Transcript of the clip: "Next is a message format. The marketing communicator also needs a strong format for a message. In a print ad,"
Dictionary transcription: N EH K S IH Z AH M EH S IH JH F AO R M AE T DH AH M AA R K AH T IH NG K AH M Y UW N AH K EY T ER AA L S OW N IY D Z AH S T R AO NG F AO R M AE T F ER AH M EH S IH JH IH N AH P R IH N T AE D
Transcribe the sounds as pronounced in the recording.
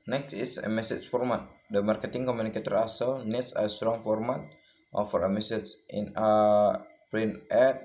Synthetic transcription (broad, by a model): N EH K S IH S AH M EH S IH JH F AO R M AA T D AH M AA R K AH T IH NG K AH M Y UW N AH K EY T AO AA S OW N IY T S AH S T R AO NG F AO R M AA T F ER AH M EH S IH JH IH N AH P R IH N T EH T